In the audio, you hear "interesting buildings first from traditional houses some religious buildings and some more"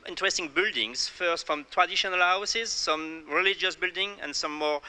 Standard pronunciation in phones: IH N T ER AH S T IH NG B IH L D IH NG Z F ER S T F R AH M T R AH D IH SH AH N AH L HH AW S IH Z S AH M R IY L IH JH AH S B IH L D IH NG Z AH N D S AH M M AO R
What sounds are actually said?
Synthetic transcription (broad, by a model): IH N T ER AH S T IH NG B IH L D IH NG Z F ER S T F R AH M T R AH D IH SH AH N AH L HH AW S IH Z S AH M R IY L IH JH AH S B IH L D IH NG AH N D S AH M M AO R